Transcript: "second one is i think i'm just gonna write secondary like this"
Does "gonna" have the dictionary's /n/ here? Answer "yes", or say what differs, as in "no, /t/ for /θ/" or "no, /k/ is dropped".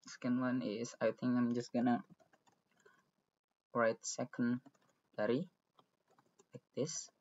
yes